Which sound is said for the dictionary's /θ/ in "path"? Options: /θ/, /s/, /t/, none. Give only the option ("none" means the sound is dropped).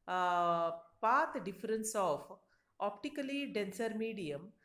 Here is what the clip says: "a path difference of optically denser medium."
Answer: /t/